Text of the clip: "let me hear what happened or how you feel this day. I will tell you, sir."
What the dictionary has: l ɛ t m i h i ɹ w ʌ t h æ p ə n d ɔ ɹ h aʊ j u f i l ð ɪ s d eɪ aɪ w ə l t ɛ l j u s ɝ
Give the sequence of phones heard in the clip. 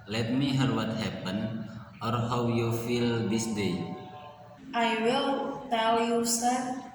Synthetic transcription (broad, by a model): l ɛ t m i h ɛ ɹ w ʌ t h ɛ p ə n ɔ ɹ h aʊ j u f i l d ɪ s d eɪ aɪ w ə l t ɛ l j u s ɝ